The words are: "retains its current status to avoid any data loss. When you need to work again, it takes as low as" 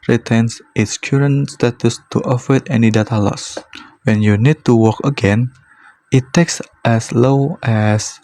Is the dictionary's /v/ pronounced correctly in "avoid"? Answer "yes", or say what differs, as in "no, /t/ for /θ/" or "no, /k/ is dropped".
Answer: no, /f/ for /v/